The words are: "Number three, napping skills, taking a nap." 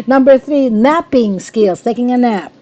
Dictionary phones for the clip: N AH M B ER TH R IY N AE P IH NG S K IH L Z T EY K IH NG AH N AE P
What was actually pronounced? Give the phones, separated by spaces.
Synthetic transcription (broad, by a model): N AH M B ER TH R IY N AE P IH NG S K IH L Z T EY K IH NG AH N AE P